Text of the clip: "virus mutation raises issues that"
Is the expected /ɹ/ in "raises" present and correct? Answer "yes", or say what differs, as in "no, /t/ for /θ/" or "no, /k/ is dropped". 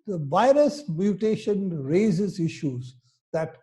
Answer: yes